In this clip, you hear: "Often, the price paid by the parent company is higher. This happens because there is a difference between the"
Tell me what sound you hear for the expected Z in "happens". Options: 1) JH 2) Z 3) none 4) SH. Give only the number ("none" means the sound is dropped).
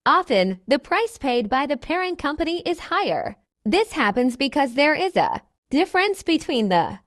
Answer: 2